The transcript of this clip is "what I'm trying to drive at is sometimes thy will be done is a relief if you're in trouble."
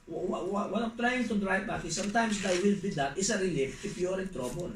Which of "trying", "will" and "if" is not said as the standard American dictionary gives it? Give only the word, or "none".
if